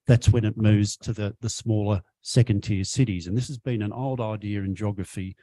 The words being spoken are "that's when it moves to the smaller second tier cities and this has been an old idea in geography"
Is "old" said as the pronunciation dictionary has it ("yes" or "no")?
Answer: yes